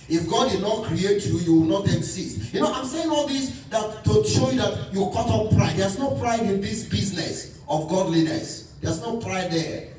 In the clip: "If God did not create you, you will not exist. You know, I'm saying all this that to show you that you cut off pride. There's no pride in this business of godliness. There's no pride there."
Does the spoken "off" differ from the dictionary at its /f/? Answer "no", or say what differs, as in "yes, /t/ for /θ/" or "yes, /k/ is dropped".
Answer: yes, /p/ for /f/